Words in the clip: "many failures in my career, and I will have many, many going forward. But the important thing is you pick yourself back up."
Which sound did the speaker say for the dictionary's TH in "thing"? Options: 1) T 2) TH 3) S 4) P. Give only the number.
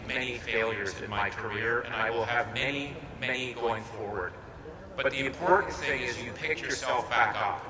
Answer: 2